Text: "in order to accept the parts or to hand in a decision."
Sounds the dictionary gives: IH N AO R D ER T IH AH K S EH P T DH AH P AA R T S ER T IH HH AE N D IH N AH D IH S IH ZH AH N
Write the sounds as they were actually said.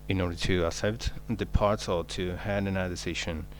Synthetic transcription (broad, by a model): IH N AO R D ER T IH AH S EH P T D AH P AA R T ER T IH HH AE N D IH N AH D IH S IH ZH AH N